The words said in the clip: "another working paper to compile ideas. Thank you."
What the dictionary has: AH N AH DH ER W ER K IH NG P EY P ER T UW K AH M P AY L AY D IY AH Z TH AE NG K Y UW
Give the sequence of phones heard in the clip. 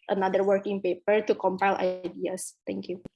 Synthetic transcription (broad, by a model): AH N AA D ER W ER K IH NG P EY P ER T UW K AH M P AY L AY D IY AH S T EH NG K Y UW